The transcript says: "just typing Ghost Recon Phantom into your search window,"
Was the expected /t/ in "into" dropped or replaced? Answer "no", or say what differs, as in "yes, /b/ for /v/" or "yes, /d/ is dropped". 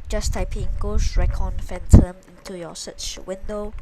no